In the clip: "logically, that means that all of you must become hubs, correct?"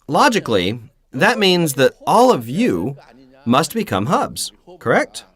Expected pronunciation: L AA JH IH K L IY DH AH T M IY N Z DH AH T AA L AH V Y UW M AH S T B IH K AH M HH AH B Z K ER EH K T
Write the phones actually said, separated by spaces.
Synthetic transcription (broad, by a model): L AA JH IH K L IY DH AH T M IY N Z DH AH T AA L AH V Y UW M AH S T B IH K AH M HH AH B Z K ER EH K T